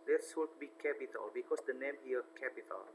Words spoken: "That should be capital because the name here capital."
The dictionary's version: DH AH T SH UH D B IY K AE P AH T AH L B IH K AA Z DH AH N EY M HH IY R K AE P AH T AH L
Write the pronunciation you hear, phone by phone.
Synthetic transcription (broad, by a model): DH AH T S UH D B IY K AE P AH T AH L B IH K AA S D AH N EY M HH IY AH K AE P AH T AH L